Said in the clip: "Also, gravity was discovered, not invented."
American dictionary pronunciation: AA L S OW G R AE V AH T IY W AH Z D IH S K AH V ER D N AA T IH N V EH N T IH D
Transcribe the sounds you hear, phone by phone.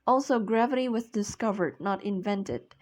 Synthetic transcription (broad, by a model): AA L S OW G R AE V AH T IY W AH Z D IH S K AH V ER D N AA T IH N V EH N T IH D